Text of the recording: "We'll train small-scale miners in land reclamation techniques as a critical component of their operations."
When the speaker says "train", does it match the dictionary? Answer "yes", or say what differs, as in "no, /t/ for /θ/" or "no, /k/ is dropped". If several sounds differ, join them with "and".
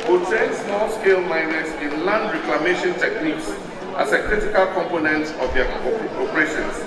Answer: no, /ɹ/ is dropped